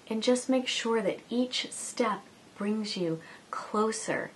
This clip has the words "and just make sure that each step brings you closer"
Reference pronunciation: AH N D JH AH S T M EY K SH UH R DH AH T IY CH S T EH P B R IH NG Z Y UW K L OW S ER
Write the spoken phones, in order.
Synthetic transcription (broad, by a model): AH N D JH AH S T M EY K SH UH R DH AH T IY CH S T EH P B R IH NG Z Y UW K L OW S ER